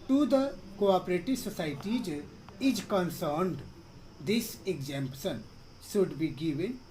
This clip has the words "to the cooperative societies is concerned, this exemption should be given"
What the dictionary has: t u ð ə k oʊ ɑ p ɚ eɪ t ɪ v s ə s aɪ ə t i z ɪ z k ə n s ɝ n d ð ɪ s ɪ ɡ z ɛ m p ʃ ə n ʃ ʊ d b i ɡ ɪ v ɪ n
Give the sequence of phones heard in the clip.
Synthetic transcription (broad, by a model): t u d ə k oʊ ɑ p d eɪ t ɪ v s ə s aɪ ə t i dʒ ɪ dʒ k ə n s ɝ n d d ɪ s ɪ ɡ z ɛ m p s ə n s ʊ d b i ɡ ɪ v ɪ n